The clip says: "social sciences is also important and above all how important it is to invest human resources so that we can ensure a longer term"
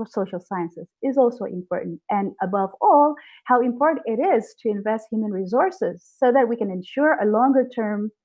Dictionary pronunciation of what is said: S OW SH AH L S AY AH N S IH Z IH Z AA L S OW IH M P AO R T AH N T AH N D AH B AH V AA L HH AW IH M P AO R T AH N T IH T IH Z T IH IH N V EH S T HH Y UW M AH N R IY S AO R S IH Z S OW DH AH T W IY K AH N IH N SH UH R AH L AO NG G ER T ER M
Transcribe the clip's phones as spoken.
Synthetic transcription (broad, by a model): S OW SH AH L S AY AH N S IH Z IH Z AA L S OW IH M P AO R T N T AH N AH B AH V AA L HH AW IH M P AO R T N T IH T IH Z T IH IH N V EH S T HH Y UW M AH N R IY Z AO R S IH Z S OW DH AH T W IY K AH N IH N SH UH R AH L AO NG G ER T ER M